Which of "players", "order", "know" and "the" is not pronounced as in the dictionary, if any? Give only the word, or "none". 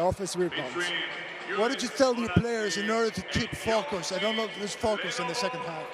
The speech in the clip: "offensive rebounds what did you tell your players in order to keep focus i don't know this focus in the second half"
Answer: none